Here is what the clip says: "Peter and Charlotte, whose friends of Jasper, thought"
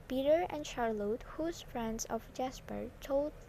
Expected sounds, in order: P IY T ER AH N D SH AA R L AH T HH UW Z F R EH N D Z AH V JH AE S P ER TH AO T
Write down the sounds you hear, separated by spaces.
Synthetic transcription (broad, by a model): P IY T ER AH N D SH AA R L AH T HH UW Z F R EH N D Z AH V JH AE S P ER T AO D